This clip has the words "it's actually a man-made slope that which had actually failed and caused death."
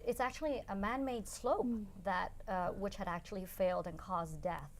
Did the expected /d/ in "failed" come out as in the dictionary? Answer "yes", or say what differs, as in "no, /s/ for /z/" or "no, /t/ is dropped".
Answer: yes